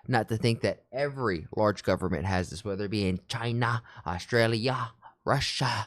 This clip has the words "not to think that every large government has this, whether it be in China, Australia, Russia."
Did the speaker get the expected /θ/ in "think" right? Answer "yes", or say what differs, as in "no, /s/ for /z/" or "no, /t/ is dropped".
yes